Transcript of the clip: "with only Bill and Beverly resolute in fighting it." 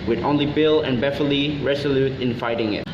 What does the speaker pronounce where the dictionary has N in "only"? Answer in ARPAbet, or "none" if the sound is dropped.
N